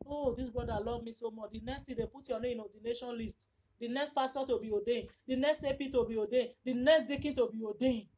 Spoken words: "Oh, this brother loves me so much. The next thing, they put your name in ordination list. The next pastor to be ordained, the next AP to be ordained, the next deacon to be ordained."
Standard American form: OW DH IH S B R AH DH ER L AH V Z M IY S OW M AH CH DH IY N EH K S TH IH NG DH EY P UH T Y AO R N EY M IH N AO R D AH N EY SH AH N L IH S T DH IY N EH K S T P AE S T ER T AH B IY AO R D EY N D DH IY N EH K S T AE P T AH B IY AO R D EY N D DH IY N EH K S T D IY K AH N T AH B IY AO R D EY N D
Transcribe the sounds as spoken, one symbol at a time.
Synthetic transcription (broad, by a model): OW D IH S B R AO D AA L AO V M IY S OW M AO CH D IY N EH K S T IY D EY P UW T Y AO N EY IH N AO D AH N EY SH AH N L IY S T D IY N EH K S T F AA S T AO T AH B IY AO D EY N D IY N EH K S T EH P T AH B IY AO D EY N D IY N EH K S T D IY K AH N T AH B IY AO D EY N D